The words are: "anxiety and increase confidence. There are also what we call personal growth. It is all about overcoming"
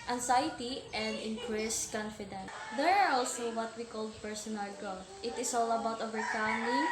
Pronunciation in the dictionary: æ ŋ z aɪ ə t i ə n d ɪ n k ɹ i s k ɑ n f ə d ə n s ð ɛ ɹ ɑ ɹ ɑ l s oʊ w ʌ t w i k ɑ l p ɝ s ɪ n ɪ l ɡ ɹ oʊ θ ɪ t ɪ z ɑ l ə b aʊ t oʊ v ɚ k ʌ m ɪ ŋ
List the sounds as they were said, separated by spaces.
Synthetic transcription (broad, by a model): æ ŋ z aɪ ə t i ə n d ɪ n k ɹ i s k ɑ n f ə d ə n s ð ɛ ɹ ɑ ɹ ɑ l s oʊ w ʌ t w i k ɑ l p ɝ s ɪ n ɪ l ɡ oʊ ɪ t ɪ s ɑ l ə b aʊ t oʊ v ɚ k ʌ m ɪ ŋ